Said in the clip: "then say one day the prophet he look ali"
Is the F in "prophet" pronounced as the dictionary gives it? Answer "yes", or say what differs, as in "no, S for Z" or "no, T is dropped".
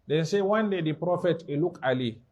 yes